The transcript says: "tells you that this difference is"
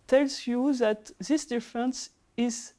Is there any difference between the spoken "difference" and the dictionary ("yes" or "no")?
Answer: no